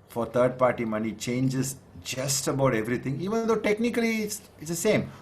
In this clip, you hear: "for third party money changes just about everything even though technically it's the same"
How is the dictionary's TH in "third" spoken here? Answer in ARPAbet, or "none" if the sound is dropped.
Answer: T